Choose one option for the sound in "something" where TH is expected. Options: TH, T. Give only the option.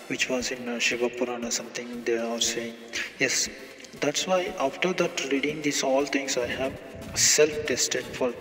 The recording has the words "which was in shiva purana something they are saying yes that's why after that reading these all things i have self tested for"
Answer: T